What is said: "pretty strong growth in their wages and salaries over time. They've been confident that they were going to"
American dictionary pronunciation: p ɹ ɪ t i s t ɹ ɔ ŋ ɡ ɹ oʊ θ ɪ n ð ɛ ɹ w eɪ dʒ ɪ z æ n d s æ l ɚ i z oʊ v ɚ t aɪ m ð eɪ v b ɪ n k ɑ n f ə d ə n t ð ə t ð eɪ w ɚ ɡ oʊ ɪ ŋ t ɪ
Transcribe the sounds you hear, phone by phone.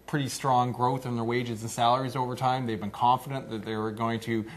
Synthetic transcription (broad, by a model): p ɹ ɪ t i s t ɹ ɔ ŋ ɡ ɹ oʊ θ ɪ n ð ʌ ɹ w eɪ dʒ ɪ z n s æ l ɚ i z oʊ v ɚ t aɪ m ð eɪ v b ɪ n k ɑ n f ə d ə n ð ə t ð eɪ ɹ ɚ ɡ oʊ ɪ ŋ t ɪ